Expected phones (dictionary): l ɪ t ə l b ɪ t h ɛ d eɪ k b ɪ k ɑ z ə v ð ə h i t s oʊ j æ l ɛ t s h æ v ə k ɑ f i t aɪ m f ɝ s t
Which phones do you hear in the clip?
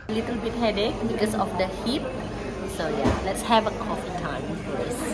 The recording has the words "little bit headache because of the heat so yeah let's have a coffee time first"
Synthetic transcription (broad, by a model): l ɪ t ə l b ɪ t h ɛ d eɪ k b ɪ k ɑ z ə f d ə h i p s oʊ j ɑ l ɛ t s h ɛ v ə k ɑ f i t aɪ m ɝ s